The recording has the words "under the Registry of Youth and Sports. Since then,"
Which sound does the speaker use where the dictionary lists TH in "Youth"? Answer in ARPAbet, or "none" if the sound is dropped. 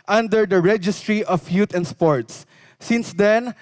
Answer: T